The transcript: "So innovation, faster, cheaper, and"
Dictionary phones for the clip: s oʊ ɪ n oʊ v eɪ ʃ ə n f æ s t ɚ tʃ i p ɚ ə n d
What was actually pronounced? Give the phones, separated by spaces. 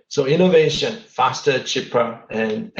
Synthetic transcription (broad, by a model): s oʊ ɪ n oʊ v eɪ ʃ ə n f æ s t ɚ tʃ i p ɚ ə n